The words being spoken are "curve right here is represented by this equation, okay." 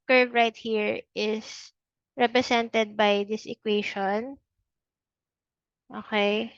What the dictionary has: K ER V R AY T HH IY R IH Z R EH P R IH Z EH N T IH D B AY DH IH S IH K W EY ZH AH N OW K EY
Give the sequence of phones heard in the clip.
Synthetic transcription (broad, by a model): K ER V R AY T HH IY R IH S R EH P R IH S EH N T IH D B AY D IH S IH K W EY SH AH N OW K EY